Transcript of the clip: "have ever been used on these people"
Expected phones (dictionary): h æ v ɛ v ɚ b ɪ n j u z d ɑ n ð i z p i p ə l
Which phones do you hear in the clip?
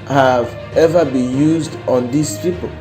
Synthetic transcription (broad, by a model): h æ v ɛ v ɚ b ɪ n j u z d ɑ n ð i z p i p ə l